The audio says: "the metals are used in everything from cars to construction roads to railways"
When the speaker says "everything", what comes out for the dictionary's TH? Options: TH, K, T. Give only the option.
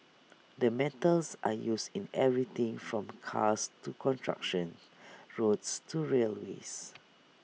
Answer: T